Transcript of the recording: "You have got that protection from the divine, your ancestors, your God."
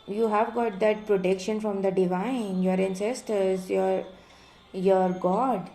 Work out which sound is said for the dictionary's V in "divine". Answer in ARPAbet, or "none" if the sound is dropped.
V